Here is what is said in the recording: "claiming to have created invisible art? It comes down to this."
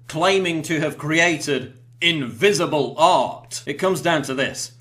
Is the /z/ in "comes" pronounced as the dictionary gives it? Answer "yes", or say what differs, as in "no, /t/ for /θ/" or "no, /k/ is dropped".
yes